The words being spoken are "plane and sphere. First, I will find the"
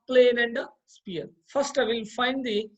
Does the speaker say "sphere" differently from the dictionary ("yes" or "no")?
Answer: yes